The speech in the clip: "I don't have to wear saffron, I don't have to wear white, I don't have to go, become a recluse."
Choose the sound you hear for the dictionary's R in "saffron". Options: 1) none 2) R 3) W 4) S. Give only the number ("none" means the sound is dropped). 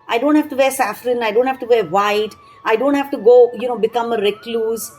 2